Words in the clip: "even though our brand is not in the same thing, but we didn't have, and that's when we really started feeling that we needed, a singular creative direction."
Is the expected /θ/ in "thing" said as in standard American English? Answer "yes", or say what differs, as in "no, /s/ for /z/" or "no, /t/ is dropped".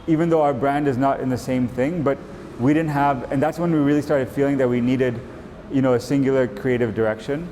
yes